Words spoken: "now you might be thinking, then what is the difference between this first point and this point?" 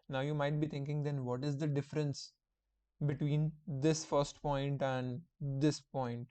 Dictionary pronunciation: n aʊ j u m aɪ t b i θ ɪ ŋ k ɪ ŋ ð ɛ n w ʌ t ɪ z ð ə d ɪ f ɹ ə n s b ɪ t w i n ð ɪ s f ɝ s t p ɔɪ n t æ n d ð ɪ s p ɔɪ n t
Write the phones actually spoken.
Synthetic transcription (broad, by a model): n aʊ j u m aɪ t b i t ɪ ŋ k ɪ ŋ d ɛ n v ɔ t ɪ z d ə d ɪ f ɹ ə n s b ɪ t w i n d ɪ s f ɝ s t p ɔɪ n t æ n d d ɪ s p ɔɪ n t